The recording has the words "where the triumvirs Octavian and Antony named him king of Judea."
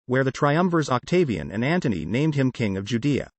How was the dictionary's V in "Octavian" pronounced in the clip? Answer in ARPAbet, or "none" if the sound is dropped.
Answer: V